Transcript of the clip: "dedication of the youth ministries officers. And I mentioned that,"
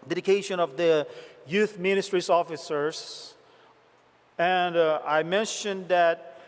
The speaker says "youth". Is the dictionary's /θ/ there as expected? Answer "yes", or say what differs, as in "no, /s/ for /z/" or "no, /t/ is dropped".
yes